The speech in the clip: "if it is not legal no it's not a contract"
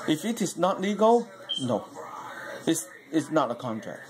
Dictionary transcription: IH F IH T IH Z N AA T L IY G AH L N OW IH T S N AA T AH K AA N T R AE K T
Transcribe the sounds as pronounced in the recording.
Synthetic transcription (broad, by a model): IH F IH T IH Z N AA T L IY G AH L N OW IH S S N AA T AH K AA N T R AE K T